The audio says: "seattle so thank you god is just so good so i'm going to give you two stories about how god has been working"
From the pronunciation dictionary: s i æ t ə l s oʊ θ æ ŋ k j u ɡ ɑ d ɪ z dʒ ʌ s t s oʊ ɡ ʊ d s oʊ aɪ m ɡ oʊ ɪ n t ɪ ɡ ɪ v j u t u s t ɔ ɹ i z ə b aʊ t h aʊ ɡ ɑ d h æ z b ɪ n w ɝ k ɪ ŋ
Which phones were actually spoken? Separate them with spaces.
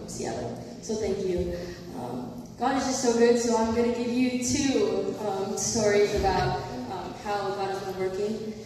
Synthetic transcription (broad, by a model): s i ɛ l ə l s oʊ θ æ ŋ k j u ɡ ɑ d ɪ z dʒ ʌ s t s oʊ ɡ ʊ d s oʊ aɪ m ɡ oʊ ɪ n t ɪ ɡ ɪ v j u t u s t ɔ ɹ i z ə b aʊ t h aʊ ɡ ɑ d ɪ z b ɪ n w ɝ k ɪ ŋ